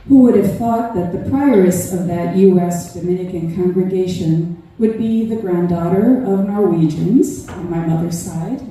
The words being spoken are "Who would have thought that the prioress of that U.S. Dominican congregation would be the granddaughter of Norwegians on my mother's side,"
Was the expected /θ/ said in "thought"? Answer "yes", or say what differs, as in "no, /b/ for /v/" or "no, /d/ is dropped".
yes